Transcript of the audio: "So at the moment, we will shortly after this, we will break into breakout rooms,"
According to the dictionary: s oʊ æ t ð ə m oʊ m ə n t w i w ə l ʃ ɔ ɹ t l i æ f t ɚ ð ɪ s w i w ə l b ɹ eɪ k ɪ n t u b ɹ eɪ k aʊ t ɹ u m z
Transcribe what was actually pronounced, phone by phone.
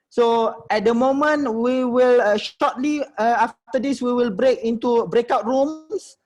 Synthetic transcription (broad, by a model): s oʊ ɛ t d ə m oʊ m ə n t w i w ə l ʃ ɔ t l i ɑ f t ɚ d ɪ s w i w ə l b ɹ eɪ k ɪ n t u b ɹ eɪ k aʊ t ɹ u m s